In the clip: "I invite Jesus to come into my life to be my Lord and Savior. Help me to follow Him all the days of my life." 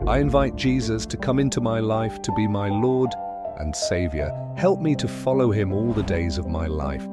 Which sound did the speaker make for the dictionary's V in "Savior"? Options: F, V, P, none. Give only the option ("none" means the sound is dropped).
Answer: V